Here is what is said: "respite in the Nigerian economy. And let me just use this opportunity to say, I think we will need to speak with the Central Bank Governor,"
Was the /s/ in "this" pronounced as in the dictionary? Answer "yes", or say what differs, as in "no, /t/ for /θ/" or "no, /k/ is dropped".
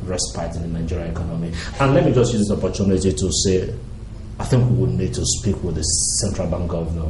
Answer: no, /s/ is dropped